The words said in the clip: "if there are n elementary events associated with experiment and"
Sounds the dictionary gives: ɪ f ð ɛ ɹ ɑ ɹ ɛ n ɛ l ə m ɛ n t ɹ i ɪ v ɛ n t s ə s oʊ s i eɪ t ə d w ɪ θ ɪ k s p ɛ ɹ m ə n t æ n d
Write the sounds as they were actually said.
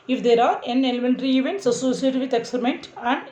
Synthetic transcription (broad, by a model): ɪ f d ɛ ɹ ɑ ɹ ɛ n ɛ l ə m ɛ n t ɹ i ɪ v ɛ n t s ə s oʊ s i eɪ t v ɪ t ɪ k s ʌ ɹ m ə n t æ n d